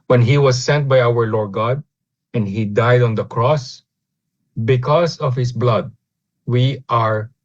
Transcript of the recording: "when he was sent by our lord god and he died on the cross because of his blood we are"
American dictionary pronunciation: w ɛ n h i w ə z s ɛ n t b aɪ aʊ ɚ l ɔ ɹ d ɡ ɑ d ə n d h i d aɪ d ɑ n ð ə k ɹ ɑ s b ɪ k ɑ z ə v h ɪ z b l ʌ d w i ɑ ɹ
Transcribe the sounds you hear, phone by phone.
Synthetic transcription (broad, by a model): w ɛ n h i w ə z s ɛ n t b aɪ aʊ ɚ l ɔ ɹ d ɡ ɑ d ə n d h i d aɪ d ɑ n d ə k ɹ ɑ s b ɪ k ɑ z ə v h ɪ s b l ʌ d w i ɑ ɹ